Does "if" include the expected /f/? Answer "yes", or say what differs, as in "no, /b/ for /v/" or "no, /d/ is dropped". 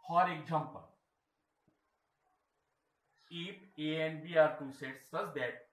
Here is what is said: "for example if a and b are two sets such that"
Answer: no, /p/ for /f/